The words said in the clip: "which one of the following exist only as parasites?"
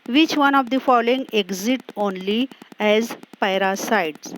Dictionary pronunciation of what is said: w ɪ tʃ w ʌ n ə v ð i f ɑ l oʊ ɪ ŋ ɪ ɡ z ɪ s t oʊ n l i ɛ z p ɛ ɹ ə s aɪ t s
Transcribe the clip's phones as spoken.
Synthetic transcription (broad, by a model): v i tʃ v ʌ n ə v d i f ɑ l oʊ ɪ ŋ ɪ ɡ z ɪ t oʊ n l i ɛ z p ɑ ɹ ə s aɪ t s